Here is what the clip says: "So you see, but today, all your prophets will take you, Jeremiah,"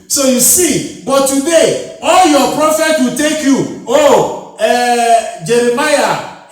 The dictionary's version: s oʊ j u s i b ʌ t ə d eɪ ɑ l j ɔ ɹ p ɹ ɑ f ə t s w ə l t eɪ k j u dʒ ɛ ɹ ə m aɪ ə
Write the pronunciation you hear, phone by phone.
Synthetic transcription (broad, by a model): s oʊ j u s i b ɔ t ə d eɪ ɑ l j ɔ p ɹ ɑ f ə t w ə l t eɪ k j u dʒ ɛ ɹ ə m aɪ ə